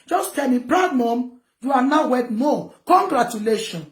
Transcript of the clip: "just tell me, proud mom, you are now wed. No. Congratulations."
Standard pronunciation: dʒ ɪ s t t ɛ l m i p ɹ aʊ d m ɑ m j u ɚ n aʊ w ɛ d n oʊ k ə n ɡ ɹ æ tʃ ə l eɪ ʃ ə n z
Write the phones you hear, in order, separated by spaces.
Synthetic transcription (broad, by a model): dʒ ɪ s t t ɛ l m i b ɹ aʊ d m ɑ m j u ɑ n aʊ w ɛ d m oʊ k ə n ɡ ɹ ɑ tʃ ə l eɪ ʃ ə n